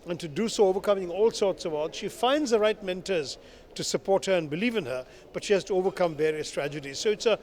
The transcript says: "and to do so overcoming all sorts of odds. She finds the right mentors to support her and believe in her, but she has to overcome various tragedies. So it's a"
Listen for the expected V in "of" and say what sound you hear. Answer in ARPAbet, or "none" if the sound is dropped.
V